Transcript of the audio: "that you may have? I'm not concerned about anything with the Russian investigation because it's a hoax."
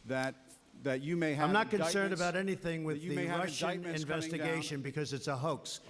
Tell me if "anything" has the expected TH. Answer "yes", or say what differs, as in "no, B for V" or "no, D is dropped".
yes